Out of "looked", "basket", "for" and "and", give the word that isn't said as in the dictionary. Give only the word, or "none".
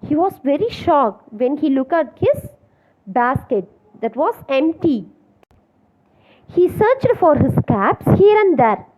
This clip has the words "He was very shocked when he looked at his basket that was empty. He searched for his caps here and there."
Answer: looked